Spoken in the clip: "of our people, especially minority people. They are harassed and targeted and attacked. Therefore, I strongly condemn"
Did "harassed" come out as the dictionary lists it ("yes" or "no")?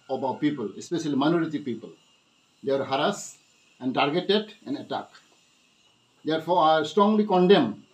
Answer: no